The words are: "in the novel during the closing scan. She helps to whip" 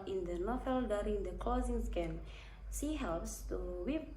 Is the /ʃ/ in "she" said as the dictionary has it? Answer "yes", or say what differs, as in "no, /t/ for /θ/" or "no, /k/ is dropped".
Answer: no, /s/ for /ʃ/